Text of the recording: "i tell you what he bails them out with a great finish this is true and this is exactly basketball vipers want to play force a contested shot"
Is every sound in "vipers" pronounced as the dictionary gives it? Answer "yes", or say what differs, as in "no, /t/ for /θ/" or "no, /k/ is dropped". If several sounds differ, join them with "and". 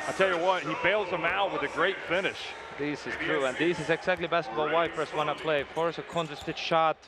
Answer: no, /w/ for /v/ and /s/ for /z/